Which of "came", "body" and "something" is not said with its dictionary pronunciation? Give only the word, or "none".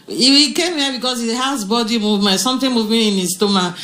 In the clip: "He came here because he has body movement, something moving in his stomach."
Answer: something